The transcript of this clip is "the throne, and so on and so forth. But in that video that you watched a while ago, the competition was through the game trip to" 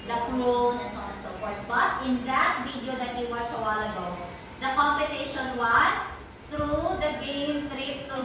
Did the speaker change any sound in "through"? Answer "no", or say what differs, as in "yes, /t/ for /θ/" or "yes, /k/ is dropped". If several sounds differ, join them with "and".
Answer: yes, /t/ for /θ/